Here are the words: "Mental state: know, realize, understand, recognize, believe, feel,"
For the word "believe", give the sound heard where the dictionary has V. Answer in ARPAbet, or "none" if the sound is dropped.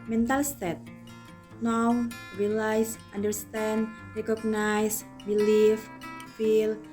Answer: F